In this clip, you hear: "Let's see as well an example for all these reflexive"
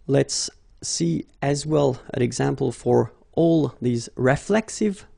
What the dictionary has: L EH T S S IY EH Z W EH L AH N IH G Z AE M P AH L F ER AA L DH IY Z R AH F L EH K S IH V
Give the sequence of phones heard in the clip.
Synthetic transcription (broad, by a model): L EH T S S IY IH Z W EH L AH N IH G Z AE M P AH L F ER AA L DH IY Z R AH F L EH K S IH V